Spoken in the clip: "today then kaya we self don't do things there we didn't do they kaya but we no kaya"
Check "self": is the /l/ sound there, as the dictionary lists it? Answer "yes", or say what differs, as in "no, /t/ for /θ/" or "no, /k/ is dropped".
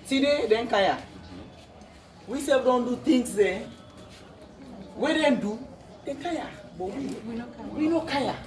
no, /l/ is dropped